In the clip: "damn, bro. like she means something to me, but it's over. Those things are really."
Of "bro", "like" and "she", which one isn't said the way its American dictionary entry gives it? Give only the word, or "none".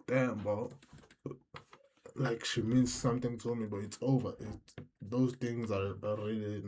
bro